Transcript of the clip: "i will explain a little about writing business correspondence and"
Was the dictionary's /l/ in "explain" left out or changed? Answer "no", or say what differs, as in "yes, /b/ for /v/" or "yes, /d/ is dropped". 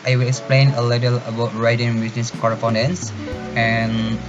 no